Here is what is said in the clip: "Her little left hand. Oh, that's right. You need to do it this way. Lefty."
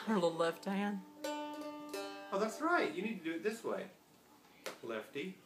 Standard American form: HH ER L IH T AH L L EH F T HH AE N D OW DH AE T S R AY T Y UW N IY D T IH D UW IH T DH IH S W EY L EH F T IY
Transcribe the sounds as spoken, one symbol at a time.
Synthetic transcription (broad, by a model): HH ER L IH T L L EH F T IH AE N OW DH AE T S R AY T Y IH N IY D T IH D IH IH T DH IH S W EY L EH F T IY